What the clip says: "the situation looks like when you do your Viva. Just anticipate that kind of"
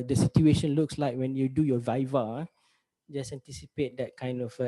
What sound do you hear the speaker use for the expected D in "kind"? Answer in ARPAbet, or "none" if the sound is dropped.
D